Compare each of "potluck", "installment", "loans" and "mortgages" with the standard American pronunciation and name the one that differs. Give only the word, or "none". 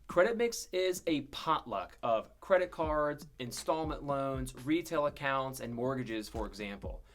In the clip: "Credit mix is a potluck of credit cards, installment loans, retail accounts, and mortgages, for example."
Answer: none